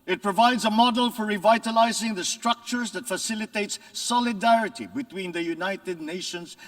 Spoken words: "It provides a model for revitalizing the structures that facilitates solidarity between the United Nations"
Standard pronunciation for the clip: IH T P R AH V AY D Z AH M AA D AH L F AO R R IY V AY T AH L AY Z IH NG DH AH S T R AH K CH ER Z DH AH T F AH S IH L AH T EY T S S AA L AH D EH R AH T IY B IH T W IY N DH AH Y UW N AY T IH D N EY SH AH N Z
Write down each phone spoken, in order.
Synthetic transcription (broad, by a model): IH T P R AH V AY D Z AH M AA D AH L F AO R R IY V AY T AH L AY Z IH NG DH AH S T R AH K CH ER Z DH AH T F AH S IH L AH T EY T S S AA L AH D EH R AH T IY B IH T W IY N DH AH Y UW N AY T IH D N EY SH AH N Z